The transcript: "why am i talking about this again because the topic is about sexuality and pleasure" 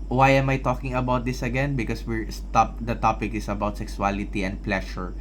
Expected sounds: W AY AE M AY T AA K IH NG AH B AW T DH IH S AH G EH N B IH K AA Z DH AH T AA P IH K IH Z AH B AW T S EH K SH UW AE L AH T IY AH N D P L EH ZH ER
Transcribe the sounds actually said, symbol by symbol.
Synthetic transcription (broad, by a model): W AY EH M AY T AA K IH NG AH B AW T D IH S AH G EH N B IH K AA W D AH T AA P IH K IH S AH B AW T S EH K S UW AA L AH T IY AH N D P L EH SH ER